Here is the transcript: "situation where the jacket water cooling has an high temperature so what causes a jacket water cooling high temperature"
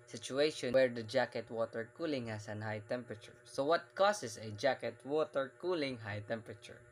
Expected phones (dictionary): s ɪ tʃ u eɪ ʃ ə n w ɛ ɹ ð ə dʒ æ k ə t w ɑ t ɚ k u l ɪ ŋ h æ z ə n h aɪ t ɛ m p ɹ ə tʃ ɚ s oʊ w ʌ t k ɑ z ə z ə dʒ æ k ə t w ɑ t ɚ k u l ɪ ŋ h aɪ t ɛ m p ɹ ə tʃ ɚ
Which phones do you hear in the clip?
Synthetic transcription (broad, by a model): s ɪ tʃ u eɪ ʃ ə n w ɛ ɹ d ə dʒ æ k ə t w ɑ t ɚ k u l ɪ ŋ h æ s ə n h aɪ t ɛ m p ɹ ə tʃ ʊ s oʊ w ʌ t k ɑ s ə s ə dʒ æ k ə t w ɑ t ɚ k u l ɪ ŋ h aɪ t ɛ m p ɹ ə tʃ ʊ